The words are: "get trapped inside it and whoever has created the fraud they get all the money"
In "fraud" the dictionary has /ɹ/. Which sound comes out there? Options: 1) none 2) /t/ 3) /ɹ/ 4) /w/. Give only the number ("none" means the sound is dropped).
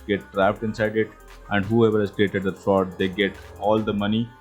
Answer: 1